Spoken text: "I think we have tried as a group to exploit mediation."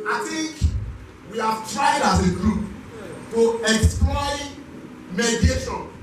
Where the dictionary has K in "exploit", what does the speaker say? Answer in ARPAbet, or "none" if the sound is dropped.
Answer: K